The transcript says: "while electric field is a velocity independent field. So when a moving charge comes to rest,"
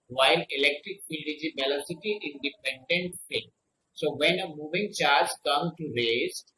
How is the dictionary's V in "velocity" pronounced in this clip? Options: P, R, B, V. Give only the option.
B